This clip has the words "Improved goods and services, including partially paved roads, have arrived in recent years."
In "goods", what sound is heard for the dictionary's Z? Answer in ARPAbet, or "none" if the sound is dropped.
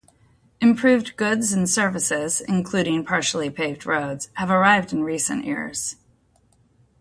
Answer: Z